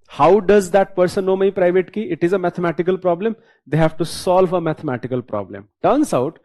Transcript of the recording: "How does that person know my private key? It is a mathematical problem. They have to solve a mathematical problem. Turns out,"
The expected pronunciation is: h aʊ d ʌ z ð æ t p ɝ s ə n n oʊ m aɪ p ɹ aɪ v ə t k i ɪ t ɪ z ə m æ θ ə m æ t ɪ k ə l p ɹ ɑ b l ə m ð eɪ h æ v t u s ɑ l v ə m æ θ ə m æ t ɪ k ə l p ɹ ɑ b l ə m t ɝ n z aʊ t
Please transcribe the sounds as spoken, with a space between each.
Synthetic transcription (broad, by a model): h aʊ d ʌ z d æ t p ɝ s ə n n oʊ m aɪ p ɹ aɪ v ə t k i ɪ t ɪ z ə m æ t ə m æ t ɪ k ə l p ɹ ɑ b l ə m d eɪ h æ v t u s ɑ l v ə m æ t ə m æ t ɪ k ə l p ɹ ɑ b l ə m t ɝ n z aʊ t